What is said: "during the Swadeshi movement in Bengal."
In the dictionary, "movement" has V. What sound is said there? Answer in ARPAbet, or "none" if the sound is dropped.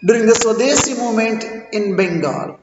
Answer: none